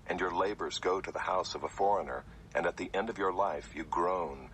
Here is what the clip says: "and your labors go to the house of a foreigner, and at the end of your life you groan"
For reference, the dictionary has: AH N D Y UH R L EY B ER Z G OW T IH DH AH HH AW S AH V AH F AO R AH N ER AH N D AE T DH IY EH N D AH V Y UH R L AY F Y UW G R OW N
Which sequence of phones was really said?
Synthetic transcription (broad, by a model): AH N Y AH R L EY B ER Z G OW T IH DH AH HH AW S AH V AH F AO R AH N ER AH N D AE T DH IY EH N D AH V Y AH R L AY F Y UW G R OW N